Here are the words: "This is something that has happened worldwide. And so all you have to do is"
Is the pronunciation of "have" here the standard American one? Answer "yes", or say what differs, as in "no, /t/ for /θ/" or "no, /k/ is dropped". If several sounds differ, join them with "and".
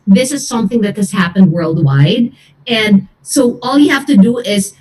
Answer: no, /f/ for /v/